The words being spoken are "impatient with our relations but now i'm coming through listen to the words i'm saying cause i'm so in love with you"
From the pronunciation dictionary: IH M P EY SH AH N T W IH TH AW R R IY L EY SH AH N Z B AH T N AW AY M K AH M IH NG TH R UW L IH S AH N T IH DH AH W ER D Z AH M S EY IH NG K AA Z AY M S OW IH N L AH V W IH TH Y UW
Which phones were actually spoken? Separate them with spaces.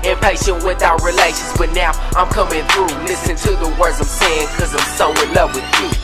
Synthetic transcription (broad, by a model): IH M P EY SH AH N W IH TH AW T R IY L EY SH AH N Z B AH T N AW AY M K AH M IH NG TH R UW L IH S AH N T IH DH AH W ER D Z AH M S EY IH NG K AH Z AY M S OW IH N L AH V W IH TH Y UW